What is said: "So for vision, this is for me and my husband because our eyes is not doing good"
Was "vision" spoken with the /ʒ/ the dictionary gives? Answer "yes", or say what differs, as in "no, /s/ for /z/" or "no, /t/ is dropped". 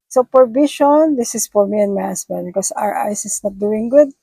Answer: no, /ʃ/ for /ʒ/